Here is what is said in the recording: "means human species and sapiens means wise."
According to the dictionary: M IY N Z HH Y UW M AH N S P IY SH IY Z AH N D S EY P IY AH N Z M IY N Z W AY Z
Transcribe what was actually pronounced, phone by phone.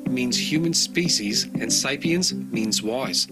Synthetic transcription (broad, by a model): M IY N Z HH Y UW M AH N S P IY SH IY Z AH N S EY P IY AH N Z M IY N Z W AY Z